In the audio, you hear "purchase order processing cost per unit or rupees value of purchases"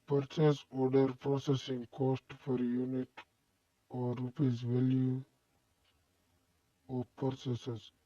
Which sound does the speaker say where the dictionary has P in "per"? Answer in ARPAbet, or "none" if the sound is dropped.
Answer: F